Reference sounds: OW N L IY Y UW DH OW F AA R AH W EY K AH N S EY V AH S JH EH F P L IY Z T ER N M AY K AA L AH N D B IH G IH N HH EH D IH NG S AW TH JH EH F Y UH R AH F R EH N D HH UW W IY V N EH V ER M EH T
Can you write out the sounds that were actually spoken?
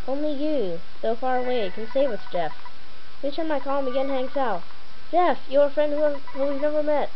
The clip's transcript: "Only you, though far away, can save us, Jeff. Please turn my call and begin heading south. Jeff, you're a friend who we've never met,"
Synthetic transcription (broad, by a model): OW N L IY Y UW DH OW F AA R AH W EY K AH N S EY W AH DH JH EH F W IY T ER M AY K AA L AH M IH G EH N HH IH NG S AW T JH EH F Y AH R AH F R EH N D HH UW W IY V N EH V ER M EH T